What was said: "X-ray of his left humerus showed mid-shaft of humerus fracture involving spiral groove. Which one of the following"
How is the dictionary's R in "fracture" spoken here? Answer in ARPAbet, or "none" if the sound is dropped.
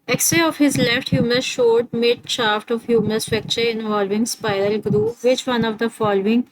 none